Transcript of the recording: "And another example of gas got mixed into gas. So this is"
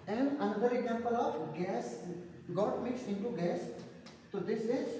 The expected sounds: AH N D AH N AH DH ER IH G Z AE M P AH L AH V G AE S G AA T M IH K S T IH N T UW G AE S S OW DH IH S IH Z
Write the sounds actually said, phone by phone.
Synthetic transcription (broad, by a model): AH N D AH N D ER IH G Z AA M P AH L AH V G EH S G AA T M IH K S IH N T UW G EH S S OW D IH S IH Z